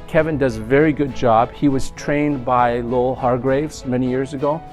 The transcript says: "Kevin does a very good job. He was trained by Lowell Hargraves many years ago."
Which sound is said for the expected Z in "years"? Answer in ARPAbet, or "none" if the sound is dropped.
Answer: Z